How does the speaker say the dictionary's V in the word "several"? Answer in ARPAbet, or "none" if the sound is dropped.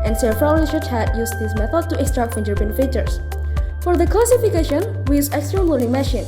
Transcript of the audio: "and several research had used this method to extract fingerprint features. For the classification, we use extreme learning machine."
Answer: F